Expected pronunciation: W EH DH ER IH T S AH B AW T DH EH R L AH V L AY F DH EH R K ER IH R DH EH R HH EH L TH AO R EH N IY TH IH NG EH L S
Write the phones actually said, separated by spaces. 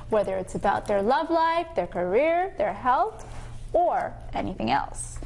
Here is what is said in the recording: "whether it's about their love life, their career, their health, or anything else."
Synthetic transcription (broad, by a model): W EH DH ER IH T S AH B AW T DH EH R L AH V L AY F DH EH R K ER IH R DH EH R HH EH L TH AO R EH N IY TH IH NG EH L S